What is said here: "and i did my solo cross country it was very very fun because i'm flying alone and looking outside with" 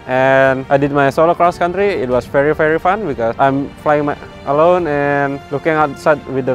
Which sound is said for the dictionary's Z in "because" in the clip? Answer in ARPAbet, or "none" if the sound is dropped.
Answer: S